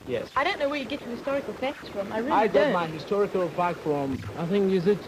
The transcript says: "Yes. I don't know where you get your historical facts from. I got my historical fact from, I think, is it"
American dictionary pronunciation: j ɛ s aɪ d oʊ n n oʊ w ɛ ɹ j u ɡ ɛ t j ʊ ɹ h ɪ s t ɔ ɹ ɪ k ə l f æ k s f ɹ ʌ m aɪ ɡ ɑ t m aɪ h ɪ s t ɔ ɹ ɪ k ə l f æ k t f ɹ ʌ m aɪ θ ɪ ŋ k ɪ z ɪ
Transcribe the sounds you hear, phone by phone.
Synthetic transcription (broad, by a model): j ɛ s aɪ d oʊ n n oʊ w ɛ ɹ j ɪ ɡ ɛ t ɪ h ɪ s t ɔ ɹ ɪ k ə l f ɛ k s f ɹ ʌ m aɪ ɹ ɑ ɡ m aɪ h ɪ s t ɔ ɹ ɪ k ə l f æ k f ɹ ʌ m aɪ θ ɪ ŋ k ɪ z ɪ